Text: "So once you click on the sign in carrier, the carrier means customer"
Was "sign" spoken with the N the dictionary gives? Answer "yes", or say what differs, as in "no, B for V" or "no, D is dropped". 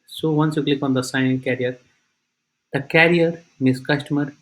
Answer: no, N is dropped